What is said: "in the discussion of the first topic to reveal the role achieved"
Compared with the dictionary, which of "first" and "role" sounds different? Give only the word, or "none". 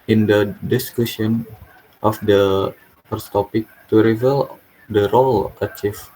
first